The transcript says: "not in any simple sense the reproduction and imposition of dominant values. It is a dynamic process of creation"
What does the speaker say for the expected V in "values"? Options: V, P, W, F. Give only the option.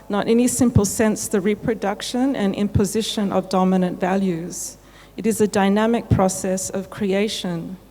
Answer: V